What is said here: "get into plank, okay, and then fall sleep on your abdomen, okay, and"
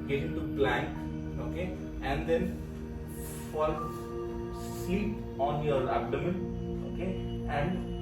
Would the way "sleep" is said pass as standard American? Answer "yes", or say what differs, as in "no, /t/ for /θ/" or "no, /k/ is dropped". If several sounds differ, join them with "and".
no, /l/ is dropped